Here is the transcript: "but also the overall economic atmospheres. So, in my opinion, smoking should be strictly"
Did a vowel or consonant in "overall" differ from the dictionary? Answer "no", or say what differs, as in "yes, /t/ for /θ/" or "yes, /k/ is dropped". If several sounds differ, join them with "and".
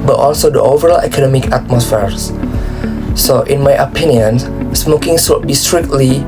no